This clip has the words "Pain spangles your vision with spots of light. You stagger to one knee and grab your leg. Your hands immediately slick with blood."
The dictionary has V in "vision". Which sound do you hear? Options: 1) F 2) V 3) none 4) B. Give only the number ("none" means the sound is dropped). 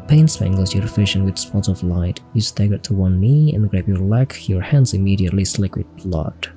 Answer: 1